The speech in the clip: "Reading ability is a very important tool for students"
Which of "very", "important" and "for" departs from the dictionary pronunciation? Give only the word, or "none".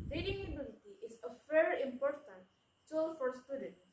very